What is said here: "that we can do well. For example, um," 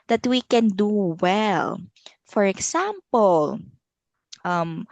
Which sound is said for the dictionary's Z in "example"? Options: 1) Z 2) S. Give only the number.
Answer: 2